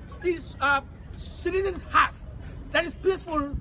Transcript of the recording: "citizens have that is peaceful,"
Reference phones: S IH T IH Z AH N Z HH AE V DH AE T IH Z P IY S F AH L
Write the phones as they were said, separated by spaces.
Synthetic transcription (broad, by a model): S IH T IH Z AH N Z HH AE F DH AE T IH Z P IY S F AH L